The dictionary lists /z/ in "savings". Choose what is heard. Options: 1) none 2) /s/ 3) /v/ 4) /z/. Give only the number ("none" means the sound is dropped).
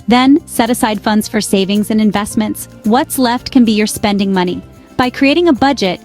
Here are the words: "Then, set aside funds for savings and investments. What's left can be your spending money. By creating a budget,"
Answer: 4